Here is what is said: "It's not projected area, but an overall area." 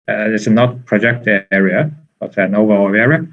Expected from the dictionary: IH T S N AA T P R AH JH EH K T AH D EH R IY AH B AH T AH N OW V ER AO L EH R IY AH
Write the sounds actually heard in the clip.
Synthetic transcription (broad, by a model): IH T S N AA T P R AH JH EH K T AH EH R IY AH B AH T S N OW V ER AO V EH R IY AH